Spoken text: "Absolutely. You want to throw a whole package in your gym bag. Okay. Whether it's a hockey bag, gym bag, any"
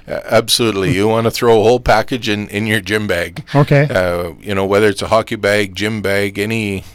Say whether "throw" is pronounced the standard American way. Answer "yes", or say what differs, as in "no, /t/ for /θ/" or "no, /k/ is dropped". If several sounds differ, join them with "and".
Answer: yes